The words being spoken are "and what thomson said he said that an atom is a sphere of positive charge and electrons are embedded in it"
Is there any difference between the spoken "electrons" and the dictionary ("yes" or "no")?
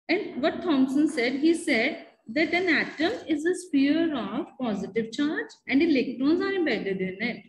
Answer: no